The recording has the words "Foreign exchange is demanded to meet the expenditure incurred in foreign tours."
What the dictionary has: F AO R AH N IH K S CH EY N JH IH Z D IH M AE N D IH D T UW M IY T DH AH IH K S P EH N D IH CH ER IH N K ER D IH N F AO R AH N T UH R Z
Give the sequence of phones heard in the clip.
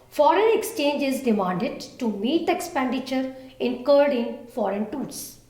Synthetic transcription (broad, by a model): F AO R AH N IH K S CH EY N JH IH Z D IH M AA N D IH D T UW M IY T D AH IH K S P EH N D IH CH ER IH N K ER D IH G F AO R AH N T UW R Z